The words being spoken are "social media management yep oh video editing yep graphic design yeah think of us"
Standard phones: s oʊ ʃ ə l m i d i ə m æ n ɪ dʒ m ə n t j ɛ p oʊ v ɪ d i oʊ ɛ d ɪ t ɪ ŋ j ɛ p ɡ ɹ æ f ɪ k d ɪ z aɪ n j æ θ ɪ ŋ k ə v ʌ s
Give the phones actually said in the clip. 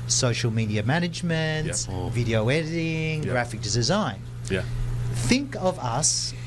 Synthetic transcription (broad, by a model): s oʊ ʃ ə l m i d i ə m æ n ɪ dʒ m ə n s v ɪ d i oʊ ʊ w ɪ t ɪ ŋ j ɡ ɹ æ f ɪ k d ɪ z aɪ n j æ θ ɪ ŋ k ə v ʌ s